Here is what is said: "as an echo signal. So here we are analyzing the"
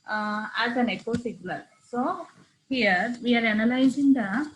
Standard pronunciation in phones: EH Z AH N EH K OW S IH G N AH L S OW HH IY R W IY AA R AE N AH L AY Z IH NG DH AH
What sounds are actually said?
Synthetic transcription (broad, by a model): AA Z AH N EH K OW S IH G L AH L S OW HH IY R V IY AA R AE N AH L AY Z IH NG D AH